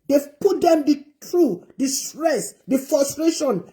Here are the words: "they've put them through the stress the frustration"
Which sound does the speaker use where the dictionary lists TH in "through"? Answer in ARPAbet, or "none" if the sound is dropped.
T